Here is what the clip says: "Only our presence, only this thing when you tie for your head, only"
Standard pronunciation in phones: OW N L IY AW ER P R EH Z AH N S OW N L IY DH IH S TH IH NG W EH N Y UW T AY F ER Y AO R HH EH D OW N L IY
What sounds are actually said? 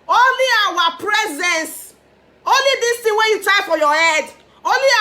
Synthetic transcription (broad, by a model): OW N L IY AW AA P R EH Z AH N S OW N L IY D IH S T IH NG W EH Y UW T AY F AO Y AO HH EH D OW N L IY